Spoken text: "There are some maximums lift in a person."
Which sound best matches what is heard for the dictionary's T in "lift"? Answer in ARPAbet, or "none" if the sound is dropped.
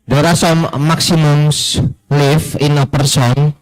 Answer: none